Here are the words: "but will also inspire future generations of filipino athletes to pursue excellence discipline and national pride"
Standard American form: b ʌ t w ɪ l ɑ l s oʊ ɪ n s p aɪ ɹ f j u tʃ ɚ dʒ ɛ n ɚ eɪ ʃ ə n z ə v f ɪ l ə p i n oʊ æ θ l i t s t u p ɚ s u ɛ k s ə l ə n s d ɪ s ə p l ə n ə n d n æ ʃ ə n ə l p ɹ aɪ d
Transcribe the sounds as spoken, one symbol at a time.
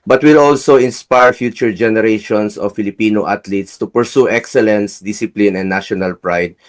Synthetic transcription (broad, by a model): b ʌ t w ɪ l ɑ l s oʊ ɪ n s p aɪ ɹ f j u tʃ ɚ dʒ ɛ n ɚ eɪ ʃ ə n s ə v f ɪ l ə p i n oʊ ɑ t l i t s t u p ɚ s u ɛ k s ə l ə n s d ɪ s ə p l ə n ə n n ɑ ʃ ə n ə l p ɹ aɪ d